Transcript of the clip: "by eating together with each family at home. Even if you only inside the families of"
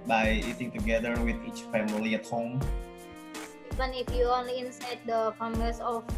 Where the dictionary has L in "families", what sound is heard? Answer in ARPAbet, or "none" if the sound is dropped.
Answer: none